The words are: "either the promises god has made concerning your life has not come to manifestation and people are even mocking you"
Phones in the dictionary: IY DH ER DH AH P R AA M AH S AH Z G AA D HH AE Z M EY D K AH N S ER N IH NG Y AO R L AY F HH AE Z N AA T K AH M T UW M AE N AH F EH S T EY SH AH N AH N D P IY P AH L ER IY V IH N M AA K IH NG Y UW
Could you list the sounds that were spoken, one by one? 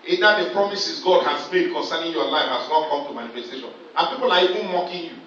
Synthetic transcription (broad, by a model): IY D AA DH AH P R AA M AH S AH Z G AA D HH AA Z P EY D K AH N S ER N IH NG Y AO L AY F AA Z L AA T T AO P T UW M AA N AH F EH S T EY SH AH N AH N P IY P AH L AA IY V IH N M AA K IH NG Y UW